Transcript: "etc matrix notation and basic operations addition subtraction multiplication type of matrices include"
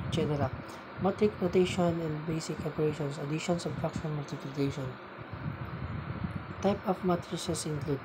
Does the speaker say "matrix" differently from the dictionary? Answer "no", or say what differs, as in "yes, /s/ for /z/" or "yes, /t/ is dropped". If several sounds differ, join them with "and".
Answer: yes, /s/ is dropped